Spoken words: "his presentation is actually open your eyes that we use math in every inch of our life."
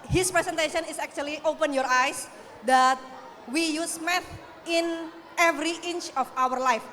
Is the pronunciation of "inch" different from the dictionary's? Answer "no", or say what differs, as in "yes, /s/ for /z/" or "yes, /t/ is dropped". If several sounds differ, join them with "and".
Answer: no